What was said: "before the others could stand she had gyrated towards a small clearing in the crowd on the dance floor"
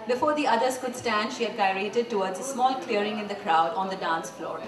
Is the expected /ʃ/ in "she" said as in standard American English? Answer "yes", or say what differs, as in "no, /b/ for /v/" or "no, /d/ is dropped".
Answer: yes